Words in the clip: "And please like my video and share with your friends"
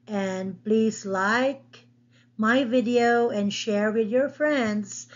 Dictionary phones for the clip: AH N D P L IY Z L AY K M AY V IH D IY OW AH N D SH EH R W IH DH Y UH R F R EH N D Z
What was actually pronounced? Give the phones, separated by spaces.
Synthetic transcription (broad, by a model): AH N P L IY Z L AY K M AY V IH D IY OW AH N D SH EH R W IH DH Y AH R F R EH N D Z